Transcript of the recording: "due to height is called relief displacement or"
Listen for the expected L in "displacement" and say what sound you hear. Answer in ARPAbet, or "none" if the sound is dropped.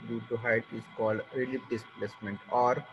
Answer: L